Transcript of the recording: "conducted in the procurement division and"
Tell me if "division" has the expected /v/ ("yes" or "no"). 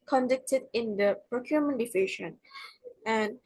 no